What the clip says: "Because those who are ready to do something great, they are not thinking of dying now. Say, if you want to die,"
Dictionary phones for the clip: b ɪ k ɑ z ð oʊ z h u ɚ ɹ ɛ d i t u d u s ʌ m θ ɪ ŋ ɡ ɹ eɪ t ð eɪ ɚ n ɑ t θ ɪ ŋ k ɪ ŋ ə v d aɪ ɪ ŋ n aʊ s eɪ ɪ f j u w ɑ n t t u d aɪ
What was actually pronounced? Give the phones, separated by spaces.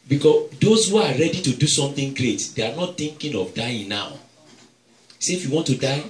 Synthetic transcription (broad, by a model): b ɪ k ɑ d oʊ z h u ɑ ɹ ɛ d i t u d u s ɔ m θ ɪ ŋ ɡ ɹ eɪ t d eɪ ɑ n ɑ t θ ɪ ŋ k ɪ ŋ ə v d aɪ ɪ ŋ n aʊ s eɪ ɪ f j u w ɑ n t t u d aɪ